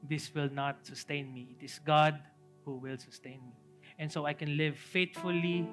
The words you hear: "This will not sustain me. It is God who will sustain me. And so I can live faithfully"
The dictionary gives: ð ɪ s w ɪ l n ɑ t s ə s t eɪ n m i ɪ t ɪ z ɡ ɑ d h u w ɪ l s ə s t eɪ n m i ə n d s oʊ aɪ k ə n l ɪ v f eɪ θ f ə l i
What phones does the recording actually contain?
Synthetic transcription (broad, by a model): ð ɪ s w ɪ l n ɑ t s ə s t eɪ n m i ɪ t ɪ s ɡ ɑ d h u w ɪ l s ə s t eɪ n m i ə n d s oʊ aɪ k ə n l ɪ v f eɪ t f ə l i